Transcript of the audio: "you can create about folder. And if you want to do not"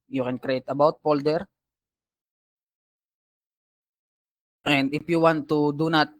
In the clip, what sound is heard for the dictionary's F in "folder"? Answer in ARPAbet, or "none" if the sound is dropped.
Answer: P